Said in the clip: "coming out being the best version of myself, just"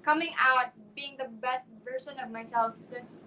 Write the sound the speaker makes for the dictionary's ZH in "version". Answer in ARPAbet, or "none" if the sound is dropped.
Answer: S